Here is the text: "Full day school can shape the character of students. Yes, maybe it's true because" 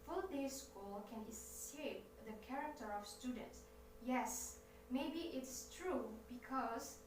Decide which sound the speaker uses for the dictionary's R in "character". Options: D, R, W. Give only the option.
R